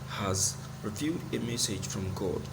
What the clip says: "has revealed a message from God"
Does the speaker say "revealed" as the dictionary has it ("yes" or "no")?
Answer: no